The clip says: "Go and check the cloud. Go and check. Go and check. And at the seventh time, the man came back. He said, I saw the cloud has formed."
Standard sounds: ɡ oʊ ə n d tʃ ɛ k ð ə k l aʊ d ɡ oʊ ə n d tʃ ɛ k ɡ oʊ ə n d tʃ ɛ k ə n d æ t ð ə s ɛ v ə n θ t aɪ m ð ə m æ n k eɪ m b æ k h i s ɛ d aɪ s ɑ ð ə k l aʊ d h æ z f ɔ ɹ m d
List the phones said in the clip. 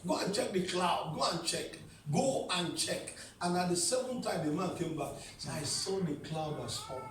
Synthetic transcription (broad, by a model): ɡ oʊ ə n tʃ ɛ k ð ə k l aʊ d ɡ oʊ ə n tʃ ɛ k ɡ oʊ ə n tʃ ɛ k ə n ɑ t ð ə s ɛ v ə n t aɪ m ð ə m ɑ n k eɪ m b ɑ k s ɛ aɪ s ɑ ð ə k l aʊ d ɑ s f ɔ